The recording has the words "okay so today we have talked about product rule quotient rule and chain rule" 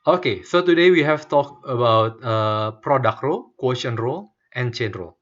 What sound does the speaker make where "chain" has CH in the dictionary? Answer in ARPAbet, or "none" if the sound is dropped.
CH